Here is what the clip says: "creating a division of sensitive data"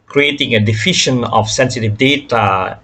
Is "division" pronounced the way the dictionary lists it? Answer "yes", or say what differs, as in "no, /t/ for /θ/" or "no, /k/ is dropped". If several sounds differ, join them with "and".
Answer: no, /f/ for /v/ and /ʃ/ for /ʒ/